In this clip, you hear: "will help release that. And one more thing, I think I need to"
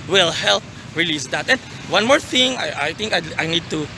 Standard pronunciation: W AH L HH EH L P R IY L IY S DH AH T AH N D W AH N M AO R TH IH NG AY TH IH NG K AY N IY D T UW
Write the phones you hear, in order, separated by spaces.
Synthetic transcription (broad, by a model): W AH L HH EH L P R IY L IY S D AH T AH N W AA N M AO R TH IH NG AY T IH NG K AY N IY D T UW